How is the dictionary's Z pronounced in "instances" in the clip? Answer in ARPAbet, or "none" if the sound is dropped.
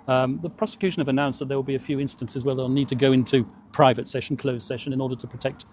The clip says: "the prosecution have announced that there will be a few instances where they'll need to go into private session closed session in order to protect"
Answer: Z